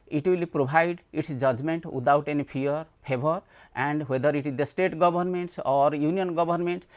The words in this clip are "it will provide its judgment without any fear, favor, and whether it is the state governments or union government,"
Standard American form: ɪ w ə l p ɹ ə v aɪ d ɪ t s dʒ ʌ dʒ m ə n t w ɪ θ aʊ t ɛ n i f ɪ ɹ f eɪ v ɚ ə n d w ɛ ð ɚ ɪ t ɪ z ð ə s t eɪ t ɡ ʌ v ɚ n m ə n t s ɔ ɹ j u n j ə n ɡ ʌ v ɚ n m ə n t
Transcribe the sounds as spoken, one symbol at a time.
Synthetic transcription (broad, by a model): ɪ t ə l p ɹ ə b aɪ d ɪ t s dʒ ʌ dʒ m ə n t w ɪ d aʊ t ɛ n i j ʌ ɹ p eɪ b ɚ ə n d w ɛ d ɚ ɪ t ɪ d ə s t eɪ t ɡ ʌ b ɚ n m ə n t s ɔ ɹ j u n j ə n ɡ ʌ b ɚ n m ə n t